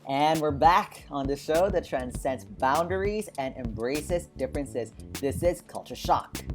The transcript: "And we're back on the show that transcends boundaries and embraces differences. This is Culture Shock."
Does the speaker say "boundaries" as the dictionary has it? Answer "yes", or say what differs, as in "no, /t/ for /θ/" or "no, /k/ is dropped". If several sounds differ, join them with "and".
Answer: yes